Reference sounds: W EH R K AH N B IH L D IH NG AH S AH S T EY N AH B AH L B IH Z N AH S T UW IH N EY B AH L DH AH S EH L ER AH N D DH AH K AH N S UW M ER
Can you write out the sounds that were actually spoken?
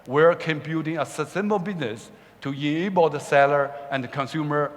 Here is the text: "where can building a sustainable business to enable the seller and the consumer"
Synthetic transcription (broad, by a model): W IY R K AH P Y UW D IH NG AH S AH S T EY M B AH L B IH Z N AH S T UW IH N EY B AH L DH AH S EH L ER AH N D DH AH K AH N S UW M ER